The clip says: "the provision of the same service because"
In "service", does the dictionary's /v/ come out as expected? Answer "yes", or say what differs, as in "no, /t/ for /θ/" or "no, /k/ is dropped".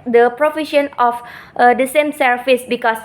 no, /f/ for /v/